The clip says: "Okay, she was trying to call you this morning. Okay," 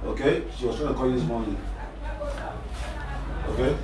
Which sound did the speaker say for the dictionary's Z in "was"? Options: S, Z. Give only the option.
S